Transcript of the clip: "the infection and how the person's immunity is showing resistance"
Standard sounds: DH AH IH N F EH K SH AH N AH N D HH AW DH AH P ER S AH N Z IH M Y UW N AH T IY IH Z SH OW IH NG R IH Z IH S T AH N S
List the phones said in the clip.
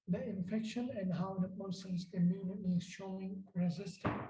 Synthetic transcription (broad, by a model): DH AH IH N F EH K SH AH N AH N D HH AW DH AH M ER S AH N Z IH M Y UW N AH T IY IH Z SH OW IH NG R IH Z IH S T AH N